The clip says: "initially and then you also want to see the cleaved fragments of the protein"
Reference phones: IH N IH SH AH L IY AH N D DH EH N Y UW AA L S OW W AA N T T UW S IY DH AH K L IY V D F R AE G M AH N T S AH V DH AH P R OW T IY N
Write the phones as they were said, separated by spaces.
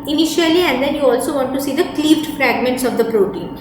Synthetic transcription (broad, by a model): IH N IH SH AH L IY AH N D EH N Y UW AA L S OW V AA N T T UW S IY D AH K L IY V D F R AE G M AH N T S AH V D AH P R OW T IY N